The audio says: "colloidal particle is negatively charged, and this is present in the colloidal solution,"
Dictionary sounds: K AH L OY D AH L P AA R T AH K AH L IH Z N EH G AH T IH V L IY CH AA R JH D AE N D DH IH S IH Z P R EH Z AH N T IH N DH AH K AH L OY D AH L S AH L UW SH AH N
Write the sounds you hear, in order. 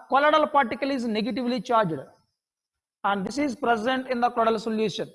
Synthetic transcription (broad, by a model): K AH L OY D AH L P AA R T AH K AH L IH Z N EH G AH T IH V L IY CH AA R JH D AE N D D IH S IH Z P R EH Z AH N T IH N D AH K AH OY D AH L S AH L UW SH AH N